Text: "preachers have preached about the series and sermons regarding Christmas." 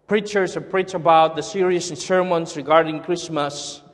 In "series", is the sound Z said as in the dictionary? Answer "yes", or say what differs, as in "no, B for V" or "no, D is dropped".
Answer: no, Z is dropped